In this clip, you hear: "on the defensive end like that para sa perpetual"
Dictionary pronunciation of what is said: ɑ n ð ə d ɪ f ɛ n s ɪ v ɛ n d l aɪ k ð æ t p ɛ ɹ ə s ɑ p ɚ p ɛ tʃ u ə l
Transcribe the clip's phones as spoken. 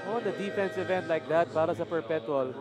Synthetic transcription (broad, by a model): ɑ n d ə d ɪ f ɛ n s ɪ v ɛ n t l aɪ k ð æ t b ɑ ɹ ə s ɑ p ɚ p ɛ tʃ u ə l